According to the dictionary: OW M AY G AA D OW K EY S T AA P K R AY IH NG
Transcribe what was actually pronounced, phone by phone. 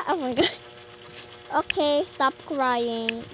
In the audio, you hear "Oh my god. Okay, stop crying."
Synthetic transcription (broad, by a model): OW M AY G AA OW K EY S T AA P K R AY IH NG